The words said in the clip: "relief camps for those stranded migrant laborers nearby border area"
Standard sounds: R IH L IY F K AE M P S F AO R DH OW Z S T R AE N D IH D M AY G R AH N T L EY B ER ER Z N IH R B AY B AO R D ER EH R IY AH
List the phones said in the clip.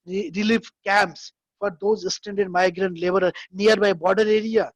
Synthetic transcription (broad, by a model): R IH L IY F K AE M P S F AO R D OW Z S T EH N D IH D M AY G R AH N T L EY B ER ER N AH R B AY B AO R D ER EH R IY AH